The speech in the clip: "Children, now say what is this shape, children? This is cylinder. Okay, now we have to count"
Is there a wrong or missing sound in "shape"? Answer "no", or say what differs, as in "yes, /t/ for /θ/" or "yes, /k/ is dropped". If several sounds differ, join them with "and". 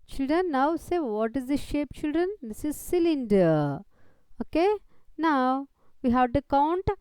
no